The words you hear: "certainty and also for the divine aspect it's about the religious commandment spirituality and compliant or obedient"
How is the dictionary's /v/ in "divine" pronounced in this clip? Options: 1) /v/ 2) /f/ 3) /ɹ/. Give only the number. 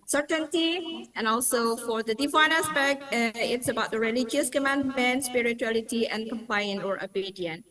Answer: 2